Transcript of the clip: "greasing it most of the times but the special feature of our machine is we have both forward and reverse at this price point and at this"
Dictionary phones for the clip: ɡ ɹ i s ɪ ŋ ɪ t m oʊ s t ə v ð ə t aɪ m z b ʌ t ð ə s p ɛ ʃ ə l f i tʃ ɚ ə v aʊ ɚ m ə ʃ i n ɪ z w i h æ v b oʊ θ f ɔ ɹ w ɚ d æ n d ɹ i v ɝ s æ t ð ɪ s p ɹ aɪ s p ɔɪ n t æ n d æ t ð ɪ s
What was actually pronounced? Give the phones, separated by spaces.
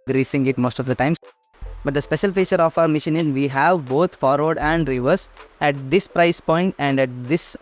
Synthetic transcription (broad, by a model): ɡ ɹ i s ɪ ŋ ɪ t m oʊ s t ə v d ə t aɪ m b ʌ t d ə s p ɛ ʃ ə l f i tʃ ɚ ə f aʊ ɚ m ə ʃ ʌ n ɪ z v i h æ v b oʊ t f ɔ ɹ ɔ d æ n d ɹ i v ɝ s æ t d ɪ s p ɹ aɪ s p ɔɪ n t æ n d æ t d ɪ s